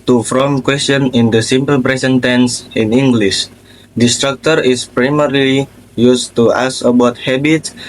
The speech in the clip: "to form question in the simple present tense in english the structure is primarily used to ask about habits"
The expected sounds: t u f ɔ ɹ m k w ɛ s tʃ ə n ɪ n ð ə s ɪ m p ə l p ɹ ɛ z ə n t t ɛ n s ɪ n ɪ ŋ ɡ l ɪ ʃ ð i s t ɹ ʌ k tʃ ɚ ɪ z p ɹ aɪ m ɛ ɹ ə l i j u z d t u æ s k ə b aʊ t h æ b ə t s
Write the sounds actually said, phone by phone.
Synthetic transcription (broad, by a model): t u f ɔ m k w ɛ s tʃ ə n ɪ n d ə s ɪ m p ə l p ɹ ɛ s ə n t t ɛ n s ɪ n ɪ ŋ ɡ l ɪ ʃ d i s t ɹ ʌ k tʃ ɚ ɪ s p ɹ aɪ m ɛ ɹ ə l i j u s t u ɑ s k ə b aʊ t h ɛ b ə t s